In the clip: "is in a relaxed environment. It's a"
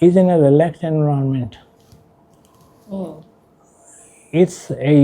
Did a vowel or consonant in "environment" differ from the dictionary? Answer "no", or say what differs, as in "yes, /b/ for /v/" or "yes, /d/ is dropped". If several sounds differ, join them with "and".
yes, /ɹ/ is dropped